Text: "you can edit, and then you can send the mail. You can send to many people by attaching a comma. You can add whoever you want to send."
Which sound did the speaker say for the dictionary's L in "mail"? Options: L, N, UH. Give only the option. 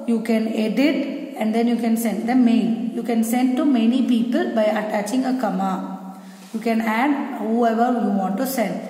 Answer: N